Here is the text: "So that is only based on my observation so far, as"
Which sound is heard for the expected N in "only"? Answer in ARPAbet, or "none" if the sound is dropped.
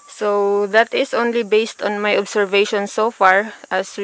N